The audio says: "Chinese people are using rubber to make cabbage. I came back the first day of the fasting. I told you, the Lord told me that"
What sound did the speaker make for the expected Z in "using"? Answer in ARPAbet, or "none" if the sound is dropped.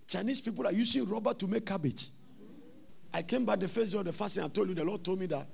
S